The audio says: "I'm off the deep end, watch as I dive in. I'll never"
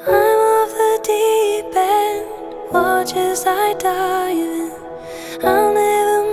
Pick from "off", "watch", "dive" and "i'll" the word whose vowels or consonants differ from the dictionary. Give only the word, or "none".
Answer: dive